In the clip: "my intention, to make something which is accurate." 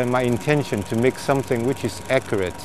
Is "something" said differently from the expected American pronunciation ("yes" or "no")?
no